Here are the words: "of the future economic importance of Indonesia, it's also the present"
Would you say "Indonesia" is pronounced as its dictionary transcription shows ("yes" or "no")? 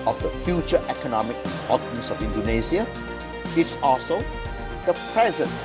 no